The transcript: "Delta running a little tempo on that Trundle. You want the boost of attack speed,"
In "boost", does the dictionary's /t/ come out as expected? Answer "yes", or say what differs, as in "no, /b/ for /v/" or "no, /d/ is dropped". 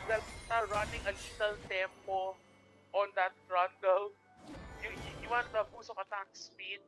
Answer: no, /t/ is dropped